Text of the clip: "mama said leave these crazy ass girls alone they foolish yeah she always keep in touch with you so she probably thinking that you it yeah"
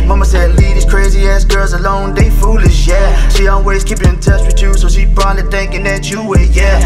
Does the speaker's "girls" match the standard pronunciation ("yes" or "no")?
yes